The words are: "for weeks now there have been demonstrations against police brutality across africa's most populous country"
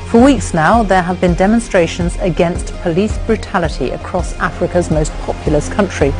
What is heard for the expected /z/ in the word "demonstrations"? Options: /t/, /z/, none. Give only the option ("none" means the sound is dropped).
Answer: /z/